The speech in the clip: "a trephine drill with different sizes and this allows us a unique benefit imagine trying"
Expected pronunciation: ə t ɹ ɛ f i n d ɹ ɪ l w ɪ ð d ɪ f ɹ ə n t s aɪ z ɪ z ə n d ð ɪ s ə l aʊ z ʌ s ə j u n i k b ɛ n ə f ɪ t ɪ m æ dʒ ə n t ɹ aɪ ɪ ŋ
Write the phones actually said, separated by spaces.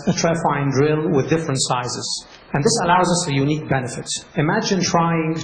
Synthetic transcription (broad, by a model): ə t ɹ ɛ f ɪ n d ɹ ɪ l w ɪ ð d ɪ f ɹ ə n t s aɪ z ɪ z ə n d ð ɪ s ə l aʊ z ʌ s ə j u n i k b ɛ n ə f ɪ t ɪ m æ dʒ ə n t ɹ aɪ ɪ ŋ